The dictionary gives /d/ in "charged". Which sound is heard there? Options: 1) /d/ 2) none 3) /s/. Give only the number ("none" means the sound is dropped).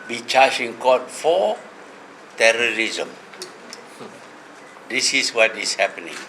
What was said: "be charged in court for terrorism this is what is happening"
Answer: 2